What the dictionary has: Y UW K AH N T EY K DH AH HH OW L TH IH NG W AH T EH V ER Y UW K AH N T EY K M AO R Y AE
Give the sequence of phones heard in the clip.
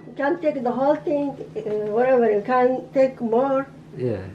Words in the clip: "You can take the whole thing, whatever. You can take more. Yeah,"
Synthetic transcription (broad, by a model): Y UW K AH N T EY K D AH HH OW L T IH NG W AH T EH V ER Y UW K AH N T EY K M AO R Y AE